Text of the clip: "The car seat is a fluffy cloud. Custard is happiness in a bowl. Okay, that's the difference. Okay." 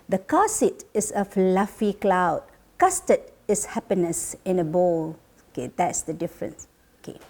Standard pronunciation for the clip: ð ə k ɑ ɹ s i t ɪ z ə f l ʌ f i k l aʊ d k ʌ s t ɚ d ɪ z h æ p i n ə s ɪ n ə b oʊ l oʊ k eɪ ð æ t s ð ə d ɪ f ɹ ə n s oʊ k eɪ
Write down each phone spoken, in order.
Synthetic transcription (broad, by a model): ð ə k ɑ s i t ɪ s ə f l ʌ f i k l aʊ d k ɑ s t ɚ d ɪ s h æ p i n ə s ɪ n ə b oʊ l oʊ k eɪ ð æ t s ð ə d ɪ f ɹ ə n s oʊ k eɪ